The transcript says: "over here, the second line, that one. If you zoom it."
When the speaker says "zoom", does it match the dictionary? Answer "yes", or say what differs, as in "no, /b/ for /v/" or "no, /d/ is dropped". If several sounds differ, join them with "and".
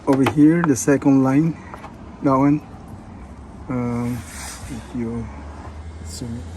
no, /s/ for /z/